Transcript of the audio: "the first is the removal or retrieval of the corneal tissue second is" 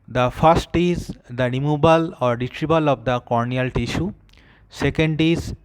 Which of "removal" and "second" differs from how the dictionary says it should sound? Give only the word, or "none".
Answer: removal